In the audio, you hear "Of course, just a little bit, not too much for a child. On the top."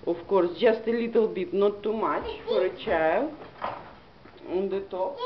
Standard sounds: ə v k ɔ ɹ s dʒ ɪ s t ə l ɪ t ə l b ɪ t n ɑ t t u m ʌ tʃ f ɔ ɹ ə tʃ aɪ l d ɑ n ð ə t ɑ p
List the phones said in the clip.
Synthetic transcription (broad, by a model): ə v k ɔ ɹ s dʒ ɪ s t ə l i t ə l b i t n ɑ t t u m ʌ tʃ f ɔ ɹ ə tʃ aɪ l ɑ n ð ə t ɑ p